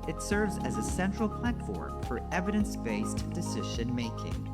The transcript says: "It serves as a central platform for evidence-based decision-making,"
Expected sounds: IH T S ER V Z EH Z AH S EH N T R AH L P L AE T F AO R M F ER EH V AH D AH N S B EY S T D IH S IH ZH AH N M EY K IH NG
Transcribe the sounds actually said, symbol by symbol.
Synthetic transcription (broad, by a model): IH T S ER V Z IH Z AH S EH N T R L P L AE T F AO R M F ER EH V AH D AH N S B EY S T D IH S IH ZH AH N M EY K IH NG